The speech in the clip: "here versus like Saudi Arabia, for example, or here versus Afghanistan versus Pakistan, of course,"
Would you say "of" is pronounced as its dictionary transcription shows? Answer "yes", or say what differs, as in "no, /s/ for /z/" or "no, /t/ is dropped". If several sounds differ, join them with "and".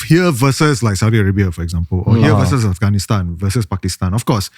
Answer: no, /f/ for /v/